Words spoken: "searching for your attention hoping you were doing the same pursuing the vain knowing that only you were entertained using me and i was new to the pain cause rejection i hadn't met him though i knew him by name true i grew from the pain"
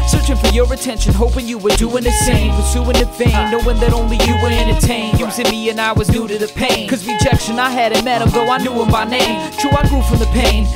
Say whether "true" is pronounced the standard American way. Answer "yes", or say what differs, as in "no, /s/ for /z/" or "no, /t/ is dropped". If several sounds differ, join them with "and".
no, /ɹ/ is dropped